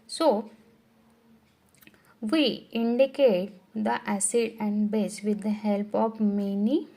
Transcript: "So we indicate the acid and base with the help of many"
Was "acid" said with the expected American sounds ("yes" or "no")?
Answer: yes